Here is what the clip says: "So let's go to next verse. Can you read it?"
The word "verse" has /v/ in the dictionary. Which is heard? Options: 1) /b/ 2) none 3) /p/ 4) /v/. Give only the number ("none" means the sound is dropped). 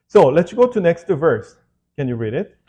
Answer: 4